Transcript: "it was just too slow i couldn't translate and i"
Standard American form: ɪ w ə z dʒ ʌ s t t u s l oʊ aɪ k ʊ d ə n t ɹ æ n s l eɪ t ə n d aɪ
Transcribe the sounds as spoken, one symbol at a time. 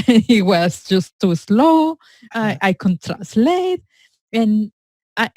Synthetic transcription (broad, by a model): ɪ w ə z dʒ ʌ s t t u s l oʊ aɪ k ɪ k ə n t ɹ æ s l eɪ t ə n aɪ